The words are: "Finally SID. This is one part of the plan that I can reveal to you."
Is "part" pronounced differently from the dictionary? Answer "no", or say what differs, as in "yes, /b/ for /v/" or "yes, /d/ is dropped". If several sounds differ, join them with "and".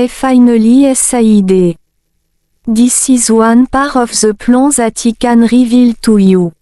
yes, /t/ is dropped